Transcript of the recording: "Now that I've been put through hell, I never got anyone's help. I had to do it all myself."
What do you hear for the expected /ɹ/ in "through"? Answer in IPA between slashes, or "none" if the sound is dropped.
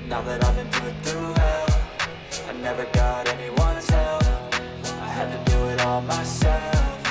none